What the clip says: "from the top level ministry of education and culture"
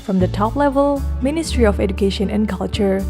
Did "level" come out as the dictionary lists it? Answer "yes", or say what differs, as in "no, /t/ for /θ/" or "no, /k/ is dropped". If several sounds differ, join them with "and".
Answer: yes